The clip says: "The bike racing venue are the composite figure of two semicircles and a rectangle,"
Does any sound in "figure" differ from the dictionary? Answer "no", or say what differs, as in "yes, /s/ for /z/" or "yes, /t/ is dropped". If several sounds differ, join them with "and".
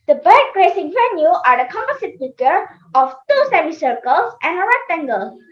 yes, /p/ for /f/